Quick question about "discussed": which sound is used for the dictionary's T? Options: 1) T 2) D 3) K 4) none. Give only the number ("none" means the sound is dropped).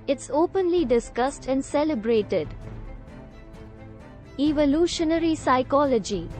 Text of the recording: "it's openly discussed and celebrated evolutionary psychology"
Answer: 1